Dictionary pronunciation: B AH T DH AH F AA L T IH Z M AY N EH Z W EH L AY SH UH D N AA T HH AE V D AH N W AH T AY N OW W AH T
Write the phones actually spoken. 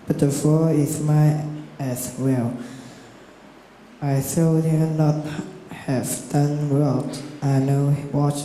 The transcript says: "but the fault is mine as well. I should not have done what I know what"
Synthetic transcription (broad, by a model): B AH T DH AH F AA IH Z M AY EH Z W EH L AY S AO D N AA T HH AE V D AH N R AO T AY N OW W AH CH